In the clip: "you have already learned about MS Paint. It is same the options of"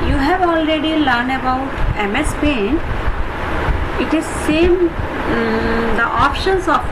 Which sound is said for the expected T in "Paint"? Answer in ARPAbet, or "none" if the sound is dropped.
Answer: none